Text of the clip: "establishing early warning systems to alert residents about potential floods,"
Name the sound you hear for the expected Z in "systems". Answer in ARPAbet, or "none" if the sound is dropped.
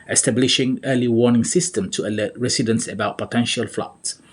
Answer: none